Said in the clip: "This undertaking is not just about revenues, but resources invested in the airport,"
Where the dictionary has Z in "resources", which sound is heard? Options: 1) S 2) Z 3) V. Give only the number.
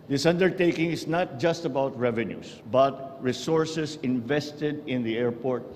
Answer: 1